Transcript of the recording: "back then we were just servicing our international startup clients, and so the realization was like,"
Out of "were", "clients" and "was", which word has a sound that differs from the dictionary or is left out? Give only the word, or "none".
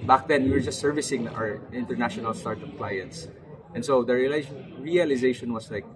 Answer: was